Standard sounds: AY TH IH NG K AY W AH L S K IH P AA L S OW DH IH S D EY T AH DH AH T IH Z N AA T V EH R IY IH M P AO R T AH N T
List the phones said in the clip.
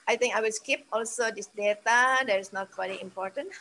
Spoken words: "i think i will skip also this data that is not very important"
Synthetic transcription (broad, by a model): AY T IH NG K AY W AH L S K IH P AA L S OW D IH S D EY T AH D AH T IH S N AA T W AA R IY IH M P AO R T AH N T